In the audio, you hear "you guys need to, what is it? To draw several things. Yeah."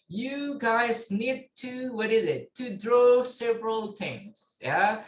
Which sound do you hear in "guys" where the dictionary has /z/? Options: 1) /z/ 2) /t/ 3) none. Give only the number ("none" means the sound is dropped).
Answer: 1